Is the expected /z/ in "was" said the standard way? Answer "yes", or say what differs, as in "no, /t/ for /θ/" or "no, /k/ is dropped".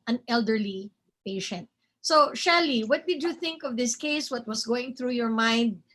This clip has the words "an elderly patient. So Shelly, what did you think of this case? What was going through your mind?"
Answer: no, /s/ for /z/